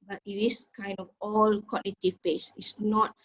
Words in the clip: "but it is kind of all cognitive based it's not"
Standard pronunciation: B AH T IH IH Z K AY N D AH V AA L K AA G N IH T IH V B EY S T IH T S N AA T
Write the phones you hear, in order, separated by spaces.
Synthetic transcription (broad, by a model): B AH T IH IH S K AY N D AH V AA L K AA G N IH T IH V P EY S IH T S N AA T